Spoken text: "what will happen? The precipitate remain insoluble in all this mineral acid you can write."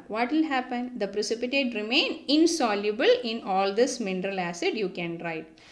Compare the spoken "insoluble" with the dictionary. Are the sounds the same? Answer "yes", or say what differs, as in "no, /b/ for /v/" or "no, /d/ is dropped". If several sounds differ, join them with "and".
yes